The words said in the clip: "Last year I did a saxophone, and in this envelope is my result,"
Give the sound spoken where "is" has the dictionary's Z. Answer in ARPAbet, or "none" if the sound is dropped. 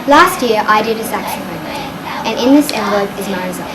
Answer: Z